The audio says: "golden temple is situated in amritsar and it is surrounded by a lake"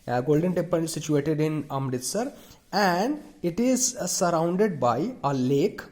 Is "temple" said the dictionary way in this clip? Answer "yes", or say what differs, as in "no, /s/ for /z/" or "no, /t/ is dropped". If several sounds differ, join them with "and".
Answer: no, /m/ is dropped and /n/ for /l/